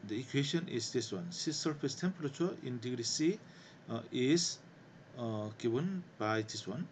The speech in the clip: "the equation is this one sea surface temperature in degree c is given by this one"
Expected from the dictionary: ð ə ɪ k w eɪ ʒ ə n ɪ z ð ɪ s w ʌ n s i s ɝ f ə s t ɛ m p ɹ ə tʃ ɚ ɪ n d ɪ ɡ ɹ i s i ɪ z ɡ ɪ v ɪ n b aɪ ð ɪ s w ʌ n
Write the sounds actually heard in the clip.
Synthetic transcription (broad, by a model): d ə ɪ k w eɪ ʃ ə n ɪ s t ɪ s w ʌ n s i s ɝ p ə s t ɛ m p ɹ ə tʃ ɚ ɪ n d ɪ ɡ ɹ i s i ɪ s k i b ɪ n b aɪ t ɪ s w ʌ n